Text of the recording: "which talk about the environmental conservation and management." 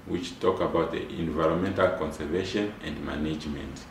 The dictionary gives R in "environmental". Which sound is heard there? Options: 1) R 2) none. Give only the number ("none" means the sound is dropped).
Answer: 1